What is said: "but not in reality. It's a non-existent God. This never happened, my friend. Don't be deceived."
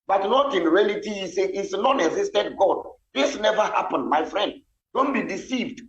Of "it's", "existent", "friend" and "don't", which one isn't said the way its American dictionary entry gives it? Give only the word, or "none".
existent